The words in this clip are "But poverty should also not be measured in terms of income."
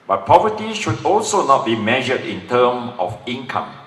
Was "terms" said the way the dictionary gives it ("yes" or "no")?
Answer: no